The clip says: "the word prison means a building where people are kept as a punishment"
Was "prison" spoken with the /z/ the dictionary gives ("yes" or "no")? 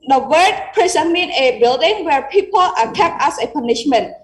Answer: no